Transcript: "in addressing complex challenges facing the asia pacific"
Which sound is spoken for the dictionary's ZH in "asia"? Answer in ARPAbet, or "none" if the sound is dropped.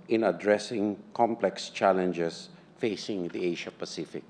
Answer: SH